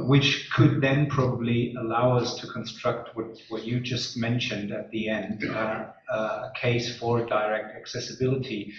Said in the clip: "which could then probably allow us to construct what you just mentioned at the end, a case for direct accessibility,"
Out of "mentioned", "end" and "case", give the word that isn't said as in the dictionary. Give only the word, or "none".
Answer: none